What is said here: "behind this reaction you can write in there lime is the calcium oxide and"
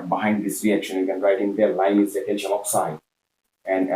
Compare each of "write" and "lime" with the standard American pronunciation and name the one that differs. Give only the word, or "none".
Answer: lime